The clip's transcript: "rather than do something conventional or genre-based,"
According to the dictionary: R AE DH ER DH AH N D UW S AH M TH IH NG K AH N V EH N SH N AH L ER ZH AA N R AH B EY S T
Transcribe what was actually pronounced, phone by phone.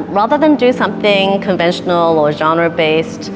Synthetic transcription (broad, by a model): R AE DH ER DH AH N D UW S AH M TH IH NG K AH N V EH N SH N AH L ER ZH AA N R AH B EY S T